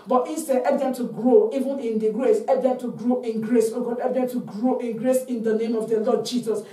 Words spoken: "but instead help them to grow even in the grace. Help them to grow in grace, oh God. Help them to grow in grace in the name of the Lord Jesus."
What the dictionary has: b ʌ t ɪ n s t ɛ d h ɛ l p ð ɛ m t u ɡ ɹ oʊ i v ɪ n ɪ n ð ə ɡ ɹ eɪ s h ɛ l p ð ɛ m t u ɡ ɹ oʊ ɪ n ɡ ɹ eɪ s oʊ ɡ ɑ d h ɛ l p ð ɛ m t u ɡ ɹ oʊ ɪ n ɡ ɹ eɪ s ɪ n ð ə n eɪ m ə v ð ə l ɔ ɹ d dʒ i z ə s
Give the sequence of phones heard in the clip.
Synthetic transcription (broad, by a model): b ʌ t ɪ n s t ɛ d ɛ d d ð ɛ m t u ɡ ɹ oʊ i v ɪ n ɪ n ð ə ɡ ɹ eɪ s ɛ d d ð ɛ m t u ɡ ɹ oʊ ɪ n ɡ ɹ eɪ s oʊ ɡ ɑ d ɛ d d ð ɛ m t u ɡ ɹ oʊ ɪ n ɡ ɹ eɪ s ɪ n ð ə n eɪ m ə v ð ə l ɔ d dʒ i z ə s